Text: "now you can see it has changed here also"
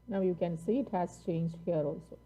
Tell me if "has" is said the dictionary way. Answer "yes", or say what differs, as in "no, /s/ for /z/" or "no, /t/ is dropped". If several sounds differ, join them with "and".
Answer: no, /s/ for /z/